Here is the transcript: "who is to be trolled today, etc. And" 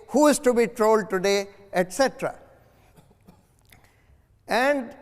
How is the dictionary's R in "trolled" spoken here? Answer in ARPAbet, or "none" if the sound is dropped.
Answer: R